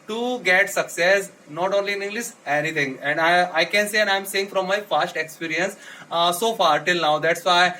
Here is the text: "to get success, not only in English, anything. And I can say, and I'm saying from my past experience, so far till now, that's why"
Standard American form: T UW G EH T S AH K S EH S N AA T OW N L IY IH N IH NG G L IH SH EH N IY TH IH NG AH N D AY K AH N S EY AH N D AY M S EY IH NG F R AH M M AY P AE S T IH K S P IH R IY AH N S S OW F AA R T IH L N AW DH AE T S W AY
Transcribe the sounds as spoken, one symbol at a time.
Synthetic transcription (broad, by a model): T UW G EH T S AH K S EH S N AA T OW N L IY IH N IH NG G L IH S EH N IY T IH NG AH N D AY K AH N S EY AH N AY M S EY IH NG F R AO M M AY F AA S T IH K S P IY R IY AH N S S OW F AA R T IH L N AW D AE T S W AY